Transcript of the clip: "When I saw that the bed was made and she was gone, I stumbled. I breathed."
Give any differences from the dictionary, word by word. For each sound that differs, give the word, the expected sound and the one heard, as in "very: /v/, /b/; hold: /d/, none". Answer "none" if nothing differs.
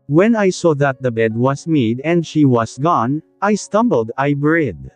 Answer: was: /z/, /s/; was: /z/, /s/